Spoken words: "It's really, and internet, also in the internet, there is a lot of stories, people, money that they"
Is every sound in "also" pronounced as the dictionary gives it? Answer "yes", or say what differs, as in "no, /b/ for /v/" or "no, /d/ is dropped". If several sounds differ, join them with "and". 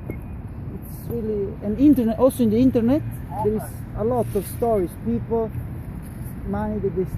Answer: no, /l/ is dropped